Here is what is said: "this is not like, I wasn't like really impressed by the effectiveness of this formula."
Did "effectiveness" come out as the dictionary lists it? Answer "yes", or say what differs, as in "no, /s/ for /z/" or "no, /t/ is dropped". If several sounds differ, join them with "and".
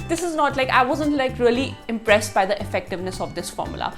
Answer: yes